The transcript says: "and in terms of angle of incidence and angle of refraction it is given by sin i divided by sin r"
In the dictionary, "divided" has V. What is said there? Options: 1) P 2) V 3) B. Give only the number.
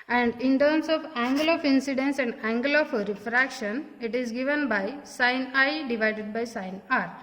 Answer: 2